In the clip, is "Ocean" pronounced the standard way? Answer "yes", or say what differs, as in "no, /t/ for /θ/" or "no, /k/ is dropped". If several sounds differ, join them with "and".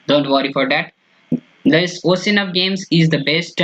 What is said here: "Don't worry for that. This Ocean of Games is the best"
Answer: no, /s/ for /ʃ/